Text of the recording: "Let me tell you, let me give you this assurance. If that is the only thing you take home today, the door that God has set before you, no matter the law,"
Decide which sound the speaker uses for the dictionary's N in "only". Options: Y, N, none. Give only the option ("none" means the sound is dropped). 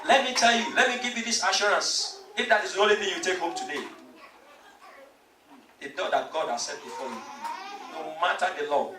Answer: none